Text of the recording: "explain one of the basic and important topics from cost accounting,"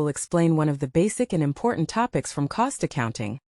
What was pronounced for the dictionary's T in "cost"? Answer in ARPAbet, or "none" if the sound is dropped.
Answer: T